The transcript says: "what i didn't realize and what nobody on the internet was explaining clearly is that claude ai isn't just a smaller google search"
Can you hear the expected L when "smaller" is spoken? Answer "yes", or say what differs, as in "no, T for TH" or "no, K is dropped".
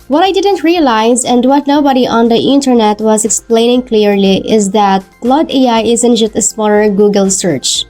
no, N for L